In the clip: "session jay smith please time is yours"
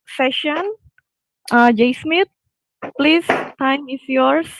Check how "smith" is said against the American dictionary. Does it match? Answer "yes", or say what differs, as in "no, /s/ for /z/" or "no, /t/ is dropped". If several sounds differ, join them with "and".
no, /t/ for /θ/